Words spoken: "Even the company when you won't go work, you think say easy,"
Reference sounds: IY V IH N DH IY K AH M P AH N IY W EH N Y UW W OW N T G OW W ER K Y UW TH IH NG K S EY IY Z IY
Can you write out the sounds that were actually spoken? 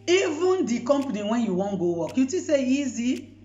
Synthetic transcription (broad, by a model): IY V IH N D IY K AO M P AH N IY W EH N Y UW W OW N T G OW W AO K Y UW T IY S EY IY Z IY